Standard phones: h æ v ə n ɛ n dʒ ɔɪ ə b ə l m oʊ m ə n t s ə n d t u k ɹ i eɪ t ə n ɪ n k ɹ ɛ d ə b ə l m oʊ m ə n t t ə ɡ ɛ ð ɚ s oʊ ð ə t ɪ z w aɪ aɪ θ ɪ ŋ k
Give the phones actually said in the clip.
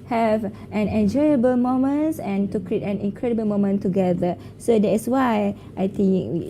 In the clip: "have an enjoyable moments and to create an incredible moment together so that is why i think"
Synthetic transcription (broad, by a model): h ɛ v ə n ɛ n dʒ ɔɪ ə b ə l m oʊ m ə n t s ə n t u k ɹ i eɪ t ə n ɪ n k ɹ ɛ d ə b ə l m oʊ m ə n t t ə ɡ ɛ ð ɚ s oʊ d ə t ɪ s w aɪ aɪ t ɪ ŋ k